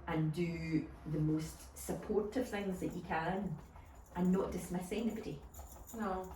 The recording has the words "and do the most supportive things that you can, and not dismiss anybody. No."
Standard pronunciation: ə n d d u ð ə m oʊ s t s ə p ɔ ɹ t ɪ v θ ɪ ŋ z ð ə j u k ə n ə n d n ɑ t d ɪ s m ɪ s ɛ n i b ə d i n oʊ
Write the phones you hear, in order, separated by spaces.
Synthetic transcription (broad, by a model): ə n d d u ð ə m oʊ s t s ə p ɔ ɹ t ɪ v θ ɪ ŋ z ð ə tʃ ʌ k ə n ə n n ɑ t d ɪ s m ɪ s ɛ n i b ə d i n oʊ